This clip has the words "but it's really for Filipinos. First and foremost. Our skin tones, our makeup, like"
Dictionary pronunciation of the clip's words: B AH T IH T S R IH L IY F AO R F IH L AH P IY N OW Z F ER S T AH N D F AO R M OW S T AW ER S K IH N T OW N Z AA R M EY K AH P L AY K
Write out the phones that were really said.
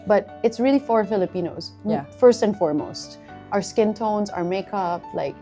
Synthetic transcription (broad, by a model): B AH T IH T S R IH L IY F AO R F IH L AH P IY N OW Z F ER S T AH N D F AO R M OW S T AW ER S K IH N T OW N Z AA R M EY K AH P L AY K